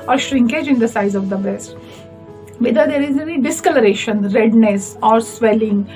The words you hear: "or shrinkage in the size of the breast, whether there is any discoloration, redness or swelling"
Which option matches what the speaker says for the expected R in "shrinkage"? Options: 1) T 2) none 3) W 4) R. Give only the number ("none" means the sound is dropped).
4